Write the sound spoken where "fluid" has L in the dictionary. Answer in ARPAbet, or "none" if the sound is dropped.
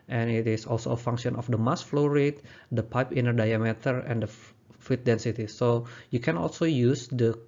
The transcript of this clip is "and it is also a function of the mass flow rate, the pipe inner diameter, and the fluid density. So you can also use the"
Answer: none